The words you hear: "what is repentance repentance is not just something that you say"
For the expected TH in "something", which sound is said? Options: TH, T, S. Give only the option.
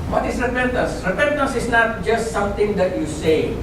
T